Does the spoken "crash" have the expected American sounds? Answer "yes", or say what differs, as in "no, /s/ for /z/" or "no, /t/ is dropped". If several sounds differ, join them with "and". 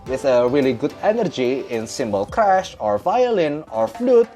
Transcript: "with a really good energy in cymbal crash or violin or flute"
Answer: yes